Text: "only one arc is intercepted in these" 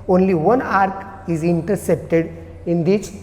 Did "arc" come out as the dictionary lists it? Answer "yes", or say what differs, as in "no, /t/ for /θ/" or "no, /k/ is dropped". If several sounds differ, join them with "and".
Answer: yes